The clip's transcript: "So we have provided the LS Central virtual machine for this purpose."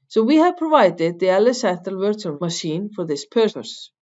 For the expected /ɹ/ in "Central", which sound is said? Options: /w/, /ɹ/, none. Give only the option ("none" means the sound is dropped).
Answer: none